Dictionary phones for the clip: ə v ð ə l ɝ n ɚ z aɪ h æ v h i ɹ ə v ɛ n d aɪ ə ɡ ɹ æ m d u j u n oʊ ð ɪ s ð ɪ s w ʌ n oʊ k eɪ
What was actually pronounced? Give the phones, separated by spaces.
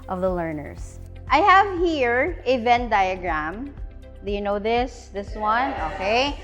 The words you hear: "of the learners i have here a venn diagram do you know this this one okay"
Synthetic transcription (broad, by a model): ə v ð ə l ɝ n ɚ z aɪ h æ v h i ɹ ə v ɛ n d aɪ ə ɡ ɹ æ m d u j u n oʊ ð ɪ s ð ɪ s w ʌ n oʊ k eɪ